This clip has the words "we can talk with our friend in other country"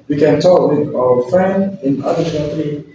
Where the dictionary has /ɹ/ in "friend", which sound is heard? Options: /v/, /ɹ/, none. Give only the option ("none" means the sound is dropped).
/ɹ/